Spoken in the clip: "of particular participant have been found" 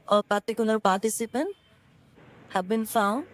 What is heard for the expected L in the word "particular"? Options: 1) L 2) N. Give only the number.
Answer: 2